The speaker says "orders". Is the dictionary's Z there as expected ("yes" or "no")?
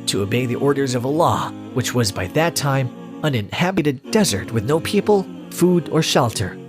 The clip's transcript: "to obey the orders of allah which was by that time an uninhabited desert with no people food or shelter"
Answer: yes